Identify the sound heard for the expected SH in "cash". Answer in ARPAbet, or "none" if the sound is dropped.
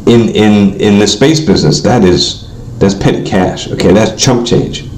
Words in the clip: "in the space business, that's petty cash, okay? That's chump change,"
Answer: SH